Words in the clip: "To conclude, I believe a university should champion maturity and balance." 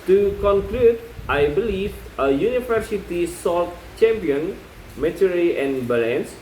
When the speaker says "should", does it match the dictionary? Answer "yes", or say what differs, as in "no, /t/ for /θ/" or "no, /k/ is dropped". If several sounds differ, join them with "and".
no, /s/ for /ʃ/